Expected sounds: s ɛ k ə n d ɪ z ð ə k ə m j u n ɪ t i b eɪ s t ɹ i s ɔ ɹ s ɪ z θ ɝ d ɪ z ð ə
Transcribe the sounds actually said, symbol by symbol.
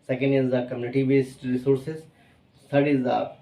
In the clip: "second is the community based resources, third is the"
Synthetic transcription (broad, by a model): s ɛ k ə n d ɪ z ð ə k ə m j u n ɪ t i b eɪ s t ɹ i s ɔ ɹ s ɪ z s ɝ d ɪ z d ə